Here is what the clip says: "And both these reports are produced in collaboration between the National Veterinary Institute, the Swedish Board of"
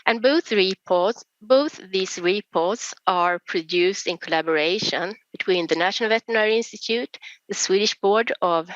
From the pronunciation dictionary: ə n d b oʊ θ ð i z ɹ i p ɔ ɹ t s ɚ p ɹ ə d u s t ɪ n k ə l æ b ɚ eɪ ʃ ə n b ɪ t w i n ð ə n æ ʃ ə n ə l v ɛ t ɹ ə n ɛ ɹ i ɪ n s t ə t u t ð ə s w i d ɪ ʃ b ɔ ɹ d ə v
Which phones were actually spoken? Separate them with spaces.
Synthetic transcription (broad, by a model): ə n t b oʊ θ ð i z ɹ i p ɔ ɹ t s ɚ p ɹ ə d u s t ɪ n k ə l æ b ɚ eɪ ʃ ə n b ɪ t w i n ð ə n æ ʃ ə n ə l v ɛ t ə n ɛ ɹ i ɪ n s t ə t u t ð ə s w i d ɪ ʃ b ɔ ɹ d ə v